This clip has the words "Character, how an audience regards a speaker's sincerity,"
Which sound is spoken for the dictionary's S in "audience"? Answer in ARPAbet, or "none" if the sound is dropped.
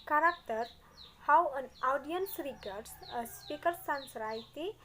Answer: S